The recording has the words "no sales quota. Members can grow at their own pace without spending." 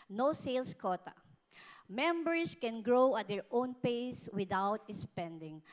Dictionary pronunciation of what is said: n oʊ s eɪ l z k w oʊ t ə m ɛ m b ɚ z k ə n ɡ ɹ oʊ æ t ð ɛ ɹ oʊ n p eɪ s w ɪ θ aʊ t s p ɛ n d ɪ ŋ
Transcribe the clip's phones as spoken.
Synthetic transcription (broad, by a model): n oʊ s eɪ l s k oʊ t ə m ɛ m b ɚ s k ə n ɡ ɹ oʊ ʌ t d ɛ ɹ oʊ n p eɪ s w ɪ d aʊ t s p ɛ n d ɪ ŋ